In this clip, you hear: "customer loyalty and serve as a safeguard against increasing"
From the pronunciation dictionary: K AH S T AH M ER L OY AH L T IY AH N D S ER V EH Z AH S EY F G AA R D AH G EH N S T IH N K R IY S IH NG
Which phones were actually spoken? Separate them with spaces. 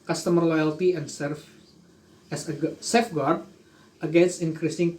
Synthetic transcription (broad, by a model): K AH S T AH M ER L OY AH L T IY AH N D S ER F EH S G S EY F G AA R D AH G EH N S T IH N K R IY S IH NG